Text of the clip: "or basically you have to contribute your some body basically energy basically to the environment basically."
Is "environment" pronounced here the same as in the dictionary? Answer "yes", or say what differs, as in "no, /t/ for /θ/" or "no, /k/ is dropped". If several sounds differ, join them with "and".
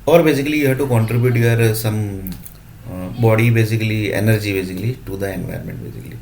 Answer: no, /ɹ/ is dropped